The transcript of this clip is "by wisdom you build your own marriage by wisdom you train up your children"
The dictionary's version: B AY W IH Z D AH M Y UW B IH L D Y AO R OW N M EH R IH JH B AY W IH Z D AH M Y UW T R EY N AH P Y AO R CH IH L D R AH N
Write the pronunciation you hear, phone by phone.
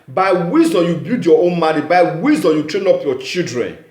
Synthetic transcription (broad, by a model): B AY W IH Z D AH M Y UW B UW D Y AO OW N M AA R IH B AY W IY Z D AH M Y UW T R EY N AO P Y AO CH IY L D R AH N